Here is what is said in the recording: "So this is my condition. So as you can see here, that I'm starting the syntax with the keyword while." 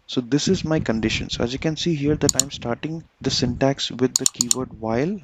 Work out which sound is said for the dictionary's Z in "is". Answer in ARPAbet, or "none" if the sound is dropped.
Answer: Z